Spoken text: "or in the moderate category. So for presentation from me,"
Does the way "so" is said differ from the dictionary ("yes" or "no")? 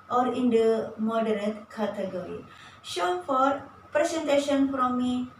yes